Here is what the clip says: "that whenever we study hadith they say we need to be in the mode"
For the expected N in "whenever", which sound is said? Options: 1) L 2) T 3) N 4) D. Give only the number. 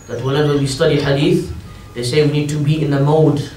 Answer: 1